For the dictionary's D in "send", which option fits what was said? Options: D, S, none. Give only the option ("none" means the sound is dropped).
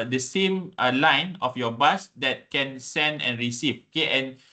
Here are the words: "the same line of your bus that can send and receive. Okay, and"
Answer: D